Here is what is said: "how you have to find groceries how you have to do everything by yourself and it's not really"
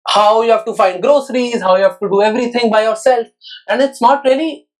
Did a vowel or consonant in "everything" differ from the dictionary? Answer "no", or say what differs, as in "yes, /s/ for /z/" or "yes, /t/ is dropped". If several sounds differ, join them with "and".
yes, /t/ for /θ/